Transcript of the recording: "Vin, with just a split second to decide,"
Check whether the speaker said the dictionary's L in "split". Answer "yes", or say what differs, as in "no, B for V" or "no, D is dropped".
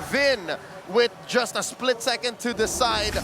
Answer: yes